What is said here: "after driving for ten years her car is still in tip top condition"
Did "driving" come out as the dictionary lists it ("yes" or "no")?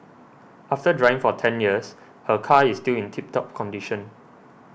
no